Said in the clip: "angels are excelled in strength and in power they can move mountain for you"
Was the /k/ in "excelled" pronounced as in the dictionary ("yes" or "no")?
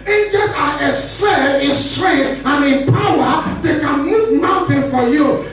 no